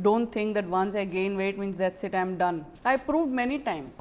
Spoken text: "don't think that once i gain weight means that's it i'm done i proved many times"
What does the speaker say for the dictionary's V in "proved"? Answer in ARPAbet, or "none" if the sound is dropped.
V